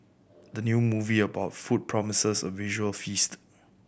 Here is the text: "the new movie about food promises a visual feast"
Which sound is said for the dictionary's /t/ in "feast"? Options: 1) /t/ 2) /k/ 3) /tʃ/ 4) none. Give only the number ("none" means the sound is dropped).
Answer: 1